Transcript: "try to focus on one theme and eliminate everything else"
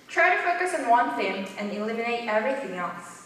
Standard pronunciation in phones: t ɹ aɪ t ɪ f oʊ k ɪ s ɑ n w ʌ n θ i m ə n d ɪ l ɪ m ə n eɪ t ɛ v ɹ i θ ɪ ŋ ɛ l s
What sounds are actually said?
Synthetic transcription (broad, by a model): t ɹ aɪ t ɪ f oʊ k ɪ s n w ʌ n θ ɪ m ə n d ɪ l ɪ m ə n eɪ t ɛ v ɹ i θ ɪ ŋ ɛ l s